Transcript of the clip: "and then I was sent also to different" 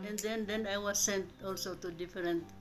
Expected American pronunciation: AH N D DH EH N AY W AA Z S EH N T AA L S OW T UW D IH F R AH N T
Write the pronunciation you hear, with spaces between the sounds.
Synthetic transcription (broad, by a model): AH N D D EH N AY W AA S EH N T AA L S OW T UW D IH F R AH N T